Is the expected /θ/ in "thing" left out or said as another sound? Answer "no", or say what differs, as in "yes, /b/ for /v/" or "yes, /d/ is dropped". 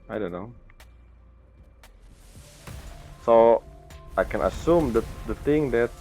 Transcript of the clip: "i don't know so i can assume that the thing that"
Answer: yes, /t/ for /θ/